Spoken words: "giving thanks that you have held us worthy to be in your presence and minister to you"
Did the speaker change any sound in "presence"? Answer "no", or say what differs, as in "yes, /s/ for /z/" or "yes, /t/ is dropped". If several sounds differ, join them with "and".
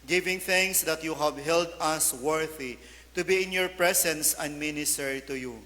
yes, /s/ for /z/